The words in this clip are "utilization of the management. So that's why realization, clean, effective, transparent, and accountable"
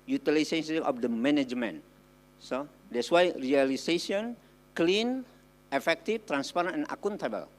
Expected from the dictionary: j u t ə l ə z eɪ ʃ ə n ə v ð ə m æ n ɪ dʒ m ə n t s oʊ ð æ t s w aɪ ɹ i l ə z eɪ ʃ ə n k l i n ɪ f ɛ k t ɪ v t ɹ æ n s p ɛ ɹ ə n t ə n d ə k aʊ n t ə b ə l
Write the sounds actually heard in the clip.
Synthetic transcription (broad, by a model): j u t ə l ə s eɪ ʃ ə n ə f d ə m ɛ n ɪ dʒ m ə n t s oʊ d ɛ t s w aɪ ɹ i l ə s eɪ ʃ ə n k l i n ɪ f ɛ k t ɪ f t ɹ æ n s p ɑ ɹ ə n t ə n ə k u n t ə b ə l